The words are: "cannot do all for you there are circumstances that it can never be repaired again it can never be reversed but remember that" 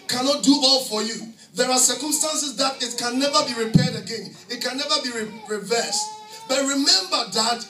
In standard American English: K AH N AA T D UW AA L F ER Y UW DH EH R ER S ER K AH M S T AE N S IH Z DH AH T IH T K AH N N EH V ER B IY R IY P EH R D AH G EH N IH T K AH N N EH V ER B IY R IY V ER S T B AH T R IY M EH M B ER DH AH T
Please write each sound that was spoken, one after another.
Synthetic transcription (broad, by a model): K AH N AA T D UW AA L F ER Y UW DH EH R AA S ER K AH M S T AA N S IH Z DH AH T IH T K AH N N EH V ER B IY R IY P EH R D AH G EH N IH T K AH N N EH V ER B IY R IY V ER S T B AH T R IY M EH M B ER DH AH T